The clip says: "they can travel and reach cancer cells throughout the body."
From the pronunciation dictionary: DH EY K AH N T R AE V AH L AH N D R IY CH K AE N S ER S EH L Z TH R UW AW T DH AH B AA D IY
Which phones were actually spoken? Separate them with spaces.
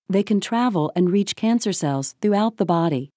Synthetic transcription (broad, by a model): DH EY K AH N T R AE V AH L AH N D R IY CH K AE N S ER S EH L Z TH R UW AW T DH AH B AA D IY